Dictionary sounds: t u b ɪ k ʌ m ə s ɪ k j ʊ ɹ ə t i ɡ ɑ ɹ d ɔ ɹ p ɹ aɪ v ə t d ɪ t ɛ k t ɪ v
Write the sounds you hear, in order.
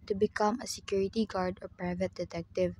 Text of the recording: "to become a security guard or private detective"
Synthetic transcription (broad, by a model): t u b ɪ k ʌ m ə s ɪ k j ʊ ɹ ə t i ɡ ɑ ɹ d ɔ ɹ p ɹ aɪ v ə t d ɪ t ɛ k t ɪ v